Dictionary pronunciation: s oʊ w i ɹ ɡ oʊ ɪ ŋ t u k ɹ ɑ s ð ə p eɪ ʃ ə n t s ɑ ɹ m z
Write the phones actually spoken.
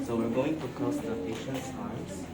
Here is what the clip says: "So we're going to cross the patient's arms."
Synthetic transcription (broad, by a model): s oʊ w i ɹ ɡ oʊ ɪ ŋ t u k ɑ s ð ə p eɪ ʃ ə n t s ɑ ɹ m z